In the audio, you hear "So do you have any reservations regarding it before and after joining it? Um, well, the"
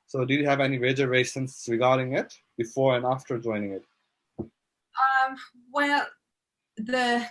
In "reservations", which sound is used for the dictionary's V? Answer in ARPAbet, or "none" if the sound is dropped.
none